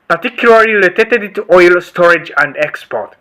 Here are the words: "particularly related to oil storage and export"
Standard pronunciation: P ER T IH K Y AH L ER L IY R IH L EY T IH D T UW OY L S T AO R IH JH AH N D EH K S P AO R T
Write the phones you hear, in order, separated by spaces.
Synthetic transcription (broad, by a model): P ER T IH K Y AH L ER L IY L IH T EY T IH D T UW OY L S T AO R IH JH AH N D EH K S P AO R T